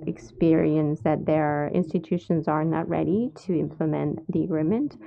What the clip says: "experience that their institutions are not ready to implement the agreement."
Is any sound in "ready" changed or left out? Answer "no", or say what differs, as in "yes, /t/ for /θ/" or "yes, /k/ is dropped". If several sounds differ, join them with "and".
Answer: no